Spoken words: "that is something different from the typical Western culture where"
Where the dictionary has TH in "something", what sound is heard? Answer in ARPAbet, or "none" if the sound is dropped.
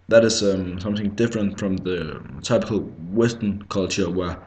TH